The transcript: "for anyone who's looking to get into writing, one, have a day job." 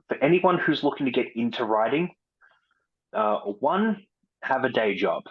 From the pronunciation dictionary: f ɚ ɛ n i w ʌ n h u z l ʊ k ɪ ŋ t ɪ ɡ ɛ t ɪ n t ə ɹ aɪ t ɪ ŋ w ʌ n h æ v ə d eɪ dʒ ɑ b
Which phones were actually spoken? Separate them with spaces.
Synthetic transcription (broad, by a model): f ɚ ɛ n i w ʌ n h u z l ʊ k ɪ ŋ t ɪ ɡ ɛ t ɪ n t ə ɹ aɪ t ɪ ŋ w ʌ n h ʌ v ə d eɪ dʒ ɑ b